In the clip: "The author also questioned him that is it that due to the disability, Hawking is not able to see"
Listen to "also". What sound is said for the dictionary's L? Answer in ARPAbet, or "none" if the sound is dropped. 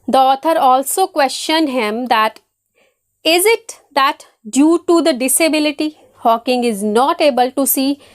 L